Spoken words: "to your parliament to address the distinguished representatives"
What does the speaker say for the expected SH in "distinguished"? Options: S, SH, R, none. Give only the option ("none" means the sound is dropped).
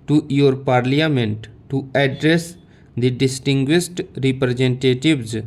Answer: S